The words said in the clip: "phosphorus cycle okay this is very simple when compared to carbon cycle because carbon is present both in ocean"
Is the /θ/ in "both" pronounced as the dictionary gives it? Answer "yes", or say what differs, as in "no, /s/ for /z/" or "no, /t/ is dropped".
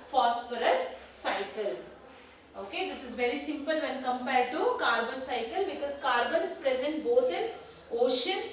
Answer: no, /t/ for /θ/